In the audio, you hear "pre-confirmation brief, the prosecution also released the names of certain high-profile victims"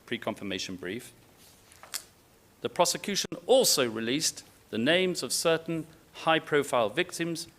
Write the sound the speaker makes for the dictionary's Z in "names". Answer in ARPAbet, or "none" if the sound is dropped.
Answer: Z